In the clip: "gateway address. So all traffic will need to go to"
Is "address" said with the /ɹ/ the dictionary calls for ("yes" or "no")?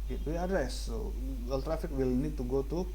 no